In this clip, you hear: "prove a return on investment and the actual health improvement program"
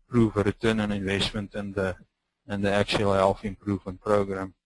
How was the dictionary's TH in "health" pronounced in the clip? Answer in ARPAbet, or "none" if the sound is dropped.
F